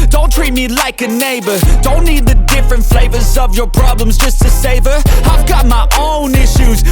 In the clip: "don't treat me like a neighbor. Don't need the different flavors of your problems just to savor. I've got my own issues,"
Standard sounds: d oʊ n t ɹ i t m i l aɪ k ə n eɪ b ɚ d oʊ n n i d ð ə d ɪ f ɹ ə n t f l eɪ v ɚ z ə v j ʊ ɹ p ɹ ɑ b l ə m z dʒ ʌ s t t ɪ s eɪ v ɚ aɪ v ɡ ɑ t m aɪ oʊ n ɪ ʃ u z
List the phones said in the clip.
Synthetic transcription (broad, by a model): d oʊ n t ɹ i t m i l aɪ k ə n eɪ b ɚ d oʊ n n i d ð ə d ɪ f ɹ ə n t f l eɪ v ɚ z ə v j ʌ ɹ p ɹ ɑ b l ə m z dʒ ʌ s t t ɪ s eɪ v ɚ aɪ v ɡ ɑ t m aɪ oʊ n ɪ ʃ u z